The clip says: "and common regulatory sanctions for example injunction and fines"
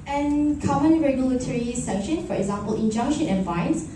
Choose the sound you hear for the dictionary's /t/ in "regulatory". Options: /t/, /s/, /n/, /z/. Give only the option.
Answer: /t/